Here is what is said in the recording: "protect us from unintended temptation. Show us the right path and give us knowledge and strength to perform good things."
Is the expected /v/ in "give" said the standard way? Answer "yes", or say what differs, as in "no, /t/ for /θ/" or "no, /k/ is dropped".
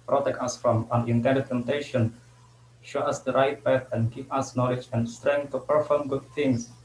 no, /p/ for /v/